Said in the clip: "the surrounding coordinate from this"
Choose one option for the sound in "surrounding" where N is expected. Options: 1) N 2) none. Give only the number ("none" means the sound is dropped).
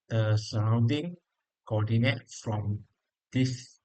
1